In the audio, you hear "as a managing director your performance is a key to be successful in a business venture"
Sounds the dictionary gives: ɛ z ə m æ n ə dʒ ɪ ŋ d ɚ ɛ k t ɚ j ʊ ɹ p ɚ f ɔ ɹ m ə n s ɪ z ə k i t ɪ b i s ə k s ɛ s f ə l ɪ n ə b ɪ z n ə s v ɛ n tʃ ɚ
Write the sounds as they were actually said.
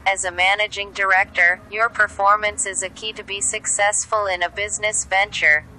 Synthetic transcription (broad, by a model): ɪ z ə m æ n ə dʒ ɪ ŋ d ɚ ɛ k t ɚ j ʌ ɹ p ɚ f ɔ ɹ m ə n s ɪ z ə k i t ɪ b i s ə k s ɛ s f ə l ɪ n ə b ɪ z n ə s v ɛ n tʃ ɚ